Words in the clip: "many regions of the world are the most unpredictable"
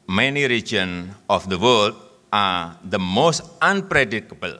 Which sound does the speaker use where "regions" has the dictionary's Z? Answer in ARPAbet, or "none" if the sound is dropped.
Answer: none